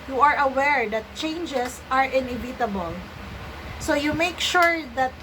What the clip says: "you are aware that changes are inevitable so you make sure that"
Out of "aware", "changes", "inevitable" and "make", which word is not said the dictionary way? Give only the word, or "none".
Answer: changes